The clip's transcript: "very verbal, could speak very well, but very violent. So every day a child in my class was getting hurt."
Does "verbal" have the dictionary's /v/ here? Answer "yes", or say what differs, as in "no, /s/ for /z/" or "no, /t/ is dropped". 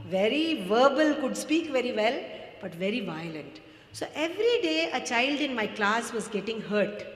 yes